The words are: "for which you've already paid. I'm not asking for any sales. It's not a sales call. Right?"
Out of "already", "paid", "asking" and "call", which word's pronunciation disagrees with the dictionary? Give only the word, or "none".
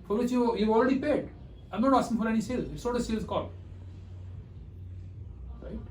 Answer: asking